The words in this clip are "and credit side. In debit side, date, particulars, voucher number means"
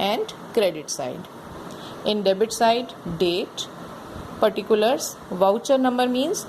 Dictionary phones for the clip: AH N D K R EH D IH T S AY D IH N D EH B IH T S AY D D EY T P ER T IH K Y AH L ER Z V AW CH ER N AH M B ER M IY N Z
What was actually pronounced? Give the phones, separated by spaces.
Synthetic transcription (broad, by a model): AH N D K R EH D IH T S AY D IH N D EH B IH T S AY D D EY T P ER T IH K Y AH L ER S V AW CH ER N AH M B ER M IY N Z